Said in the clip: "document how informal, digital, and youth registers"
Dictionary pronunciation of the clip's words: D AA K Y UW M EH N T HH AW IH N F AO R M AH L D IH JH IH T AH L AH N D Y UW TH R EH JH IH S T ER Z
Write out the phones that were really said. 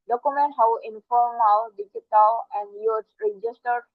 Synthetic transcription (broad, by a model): D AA K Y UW M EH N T HH AW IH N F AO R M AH W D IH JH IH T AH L AH N D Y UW S R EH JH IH S T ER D